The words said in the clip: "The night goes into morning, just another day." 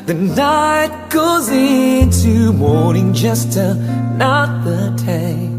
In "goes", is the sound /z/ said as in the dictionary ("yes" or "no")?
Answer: yes